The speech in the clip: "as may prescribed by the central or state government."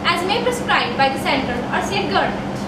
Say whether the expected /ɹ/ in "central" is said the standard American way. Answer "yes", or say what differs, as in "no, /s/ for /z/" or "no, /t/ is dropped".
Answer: no, /ɹ/ is dropped